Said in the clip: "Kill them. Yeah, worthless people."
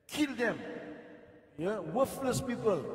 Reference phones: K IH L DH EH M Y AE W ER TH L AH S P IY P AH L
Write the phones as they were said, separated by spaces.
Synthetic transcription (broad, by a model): K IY L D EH M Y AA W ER F L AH S P IY P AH L